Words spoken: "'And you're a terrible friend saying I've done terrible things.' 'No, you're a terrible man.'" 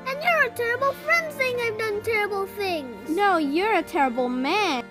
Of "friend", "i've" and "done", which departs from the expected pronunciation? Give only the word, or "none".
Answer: none